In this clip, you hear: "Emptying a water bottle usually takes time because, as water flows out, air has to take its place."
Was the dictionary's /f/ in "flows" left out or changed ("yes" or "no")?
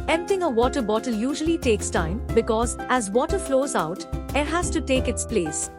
no